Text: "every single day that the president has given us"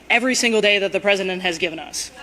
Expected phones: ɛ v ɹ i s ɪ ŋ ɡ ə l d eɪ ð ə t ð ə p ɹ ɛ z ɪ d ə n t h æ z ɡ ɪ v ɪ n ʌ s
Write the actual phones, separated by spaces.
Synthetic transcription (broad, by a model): ɛ v ɹ i s ɪ ŋ ɡ l d eɪ ð ə t ð ə p ɹ ɛ z ɪ d ə n t h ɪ z ɡ ɪ v ɪ n ʌ s